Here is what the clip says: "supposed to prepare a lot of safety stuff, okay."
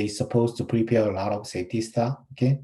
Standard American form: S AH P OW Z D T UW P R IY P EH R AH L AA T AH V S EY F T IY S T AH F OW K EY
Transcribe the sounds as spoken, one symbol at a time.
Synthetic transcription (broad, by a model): S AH P OW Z T UW P R IY P EH R AH L AA T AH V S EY T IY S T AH OW K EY